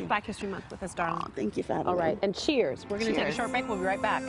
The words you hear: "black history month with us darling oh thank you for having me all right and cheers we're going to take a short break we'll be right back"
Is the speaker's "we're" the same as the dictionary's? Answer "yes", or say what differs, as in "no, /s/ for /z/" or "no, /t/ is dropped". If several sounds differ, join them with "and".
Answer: yes